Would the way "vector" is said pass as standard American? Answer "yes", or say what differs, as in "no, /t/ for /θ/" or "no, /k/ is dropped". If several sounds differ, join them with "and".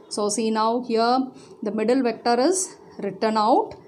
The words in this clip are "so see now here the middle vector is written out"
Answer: yes